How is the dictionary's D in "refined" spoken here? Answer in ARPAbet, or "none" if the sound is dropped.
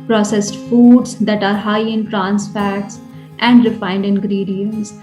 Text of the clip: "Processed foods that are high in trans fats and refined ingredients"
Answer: D